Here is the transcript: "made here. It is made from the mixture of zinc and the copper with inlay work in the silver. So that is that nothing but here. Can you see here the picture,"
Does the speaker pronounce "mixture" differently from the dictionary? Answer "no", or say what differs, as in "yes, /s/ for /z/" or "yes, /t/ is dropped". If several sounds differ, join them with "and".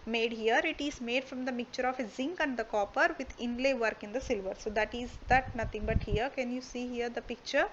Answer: yes, /s/ is dropped